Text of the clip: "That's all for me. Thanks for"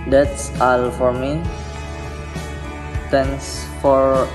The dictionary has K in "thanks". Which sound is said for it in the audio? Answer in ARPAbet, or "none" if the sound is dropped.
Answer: none